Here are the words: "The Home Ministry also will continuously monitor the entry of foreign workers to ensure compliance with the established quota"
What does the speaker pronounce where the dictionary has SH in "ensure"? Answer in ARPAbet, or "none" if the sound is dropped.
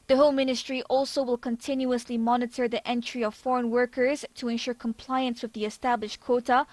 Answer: SH